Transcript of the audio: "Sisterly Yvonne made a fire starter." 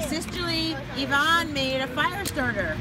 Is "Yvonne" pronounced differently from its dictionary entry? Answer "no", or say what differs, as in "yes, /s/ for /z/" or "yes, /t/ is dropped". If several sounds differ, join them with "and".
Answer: no